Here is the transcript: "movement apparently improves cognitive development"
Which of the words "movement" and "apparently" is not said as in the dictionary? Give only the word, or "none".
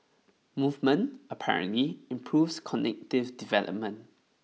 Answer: none